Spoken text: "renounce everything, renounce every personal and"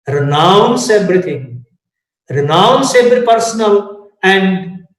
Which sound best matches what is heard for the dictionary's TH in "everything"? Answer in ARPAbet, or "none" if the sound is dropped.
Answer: T